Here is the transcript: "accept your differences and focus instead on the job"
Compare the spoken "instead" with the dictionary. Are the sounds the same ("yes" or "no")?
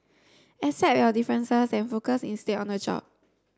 no